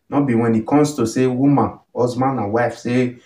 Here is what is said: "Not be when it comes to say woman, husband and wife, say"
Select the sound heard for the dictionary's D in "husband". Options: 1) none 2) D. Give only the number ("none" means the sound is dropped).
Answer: 1